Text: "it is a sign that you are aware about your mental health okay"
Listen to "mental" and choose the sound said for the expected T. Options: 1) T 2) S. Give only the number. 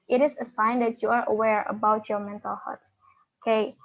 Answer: 1